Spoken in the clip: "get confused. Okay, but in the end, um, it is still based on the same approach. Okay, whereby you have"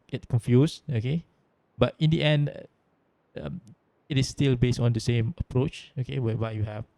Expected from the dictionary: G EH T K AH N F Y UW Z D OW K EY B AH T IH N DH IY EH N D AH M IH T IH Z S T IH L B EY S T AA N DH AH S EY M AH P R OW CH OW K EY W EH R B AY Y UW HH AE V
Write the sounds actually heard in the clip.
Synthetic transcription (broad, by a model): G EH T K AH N F Y UW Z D OW K EY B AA T IH N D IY EH N D AH M IH T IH S T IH L B EY S T AA N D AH S EY M AH P R OW CH OW K EY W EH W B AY Y UW HH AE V